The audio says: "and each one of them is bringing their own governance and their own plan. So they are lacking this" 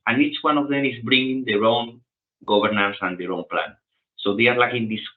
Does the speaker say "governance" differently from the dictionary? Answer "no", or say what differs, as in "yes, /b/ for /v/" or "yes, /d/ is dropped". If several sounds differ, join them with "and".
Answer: yes, /b/ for /v/